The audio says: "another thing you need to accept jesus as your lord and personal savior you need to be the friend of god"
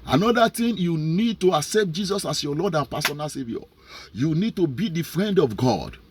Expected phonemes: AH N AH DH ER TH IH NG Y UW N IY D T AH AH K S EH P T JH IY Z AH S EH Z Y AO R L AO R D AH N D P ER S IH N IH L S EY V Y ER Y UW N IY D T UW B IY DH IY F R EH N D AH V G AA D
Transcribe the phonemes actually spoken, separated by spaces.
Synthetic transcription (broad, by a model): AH N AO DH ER T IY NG Y UW N IY D T AH AH K S EH P T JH IY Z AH S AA S Y AO L AO D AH N P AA S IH N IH L S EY V Y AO Y UW N IY D T UW B IY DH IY F R EH N D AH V G AA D